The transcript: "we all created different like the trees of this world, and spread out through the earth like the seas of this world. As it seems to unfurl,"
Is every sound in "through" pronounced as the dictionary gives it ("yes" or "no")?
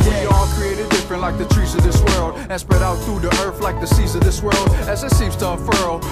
yes